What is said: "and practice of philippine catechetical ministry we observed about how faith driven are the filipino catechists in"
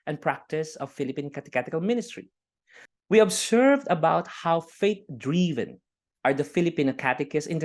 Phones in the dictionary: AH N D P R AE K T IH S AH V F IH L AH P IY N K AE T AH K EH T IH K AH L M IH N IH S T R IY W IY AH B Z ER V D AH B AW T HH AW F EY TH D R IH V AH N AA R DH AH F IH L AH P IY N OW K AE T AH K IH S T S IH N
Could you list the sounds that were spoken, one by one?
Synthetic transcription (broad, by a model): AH N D P R AE K T IH S AH V F IH L AH P IY N K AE T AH K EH T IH K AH L M IH N IH S T R IY W IY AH B S ER V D AH B AW T HH AW F EY T D R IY V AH N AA R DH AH F IH L AH P IY N OW K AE T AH K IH S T IH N